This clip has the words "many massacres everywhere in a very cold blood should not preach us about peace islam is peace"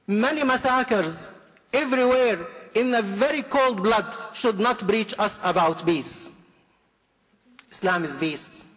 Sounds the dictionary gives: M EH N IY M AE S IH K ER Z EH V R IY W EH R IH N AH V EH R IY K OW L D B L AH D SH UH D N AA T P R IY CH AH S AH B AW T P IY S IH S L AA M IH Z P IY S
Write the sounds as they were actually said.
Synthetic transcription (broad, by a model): M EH N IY M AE S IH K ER Z EH V R IY W EH R IH N AH V EH R IY K OW L D B L AH D SH UH D N AA T B R IY CH AH S AH B AW T B IY S IH S L AA M IH Z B IY S